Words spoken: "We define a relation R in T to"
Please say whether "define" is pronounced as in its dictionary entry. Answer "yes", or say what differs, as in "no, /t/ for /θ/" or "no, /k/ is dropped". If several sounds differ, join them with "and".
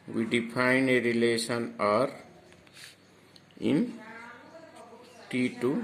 no, /p/ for /f/